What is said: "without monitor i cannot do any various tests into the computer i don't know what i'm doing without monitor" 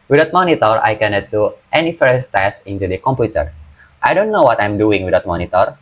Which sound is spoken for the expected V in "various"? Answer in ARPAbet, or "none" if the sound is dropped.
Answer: F